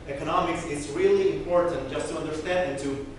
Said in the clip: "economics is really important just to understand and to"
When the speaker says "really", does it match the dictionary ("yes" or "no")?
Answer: yes